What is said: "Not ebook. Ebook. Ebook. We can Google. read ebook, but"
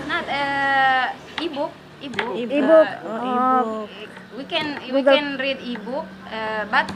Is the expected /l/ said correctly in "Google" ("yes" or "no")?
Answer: no